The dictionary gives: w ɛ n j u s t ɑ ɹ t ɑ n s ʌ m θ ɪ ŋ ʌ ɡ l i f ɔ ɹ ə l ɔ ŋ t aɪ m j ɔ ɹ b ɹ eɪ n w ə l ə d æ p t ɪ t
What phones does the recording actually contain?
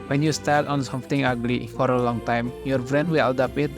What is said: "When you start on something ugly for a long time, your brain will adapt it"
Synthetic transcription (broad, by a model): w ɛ n j u s t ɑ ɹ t ɑ n s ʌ m t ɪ ŋ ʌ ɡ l i f ɔ ɹ ə l ɔ ŋ t aɪ m j ɔ ɹ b ɹ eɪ n w ə l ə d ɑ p ɪ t